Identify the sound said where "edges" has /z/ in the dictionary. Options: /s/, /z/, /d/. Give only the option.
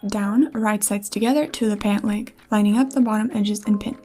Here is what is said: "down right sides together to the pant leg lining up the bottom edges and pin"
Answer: /z/